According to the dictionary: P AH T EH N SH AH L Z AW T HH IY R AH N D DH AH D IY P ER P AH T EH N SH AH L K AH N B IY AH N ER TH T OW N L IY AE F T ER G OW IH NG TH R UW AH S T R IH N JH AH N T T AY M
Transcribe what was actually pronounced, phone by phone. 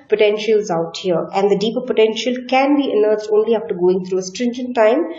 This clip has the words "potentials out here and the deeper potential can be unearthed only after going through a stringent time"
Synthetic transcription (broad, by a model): P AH T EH N SH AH L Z AW T HH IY R AH N D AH D IY P ER P AH T EH N SH AH L K AH N B IY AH N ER S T OW N L IY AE F T ER G OW IH NG T R UW AH S T R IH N JH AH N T T AY M